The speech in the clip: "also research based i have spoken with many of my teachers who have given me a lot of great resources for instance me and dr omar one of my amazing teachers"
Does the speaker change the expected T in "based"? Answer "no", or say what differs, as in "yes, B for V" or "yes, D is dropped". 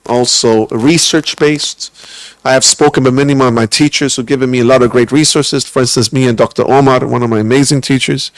no